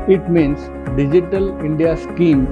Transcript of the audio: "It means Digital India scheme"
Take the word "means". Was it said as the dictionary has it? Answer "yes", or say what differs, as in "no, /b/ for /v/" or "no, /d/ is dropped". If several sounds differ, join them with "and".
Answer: no, /s/ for /z/